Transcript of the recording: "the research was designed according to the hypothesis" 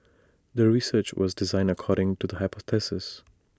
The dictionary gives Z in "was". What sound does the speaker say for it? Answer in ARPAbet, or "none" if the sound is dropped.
Z